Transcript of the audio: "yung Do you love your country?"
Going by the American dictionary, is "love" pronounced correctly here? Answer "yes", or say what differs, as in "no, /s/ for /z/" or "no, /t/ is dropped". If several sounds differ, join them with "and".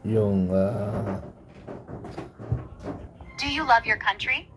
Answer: yes